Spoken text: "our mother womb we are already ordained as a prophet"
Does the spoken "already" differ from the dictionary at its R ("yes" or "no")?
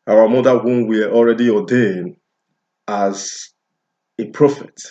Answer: no